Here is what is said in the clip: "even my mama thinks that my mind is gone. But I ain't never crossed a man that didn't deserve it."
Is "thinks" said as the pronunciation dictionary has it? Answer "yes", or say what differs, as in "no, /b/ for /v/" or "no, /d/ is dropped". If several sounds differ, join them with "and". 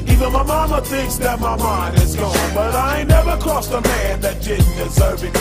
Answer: yes